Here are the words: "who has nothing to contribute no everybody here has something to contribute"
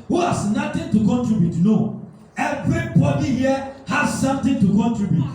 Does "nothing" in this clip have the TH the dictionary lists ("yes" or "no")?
no